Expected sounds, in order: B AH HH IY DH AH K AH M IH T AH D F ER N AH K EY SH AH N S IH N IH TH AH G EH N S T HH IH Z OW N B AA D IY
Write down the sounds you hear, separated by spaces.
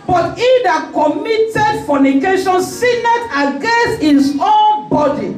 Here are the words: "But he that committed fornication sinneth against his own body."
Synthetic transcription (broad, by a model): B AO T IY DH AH K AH M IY T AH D F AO N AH K EY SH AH N S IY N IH T AH G EH N S T HH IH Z OW N B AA D IY